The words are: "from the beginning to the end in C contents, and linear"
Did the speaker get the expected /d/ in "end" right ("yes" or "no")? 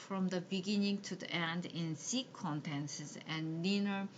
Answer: yes